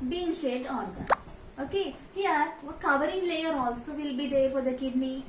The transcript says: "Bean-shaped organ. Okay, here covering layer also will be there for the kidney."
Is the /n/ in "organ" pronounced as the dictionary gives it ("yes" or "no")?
no